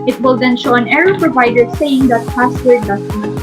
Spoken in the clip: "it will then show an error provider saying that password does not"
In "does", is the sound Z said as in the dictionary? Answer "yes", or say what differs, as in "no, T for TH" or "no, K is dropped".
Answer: no, S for Z